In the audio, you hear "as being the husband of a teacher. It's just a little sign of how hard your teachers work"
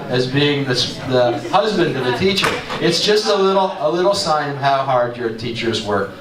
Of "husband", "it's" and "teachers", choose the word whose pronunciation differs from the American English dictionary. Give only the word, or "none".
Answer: none